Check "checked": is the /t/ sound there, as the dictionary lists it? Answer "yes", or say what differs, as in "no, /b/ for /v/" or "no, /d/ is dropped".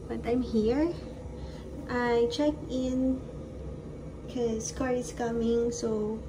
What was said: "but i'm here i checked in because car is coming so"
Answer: no, /t/ is dropped